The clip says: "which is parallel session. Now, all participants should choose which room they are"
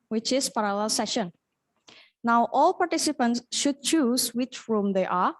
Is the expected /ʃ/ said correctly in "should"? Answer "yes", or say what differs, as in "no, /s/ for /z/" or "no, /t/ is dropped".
yes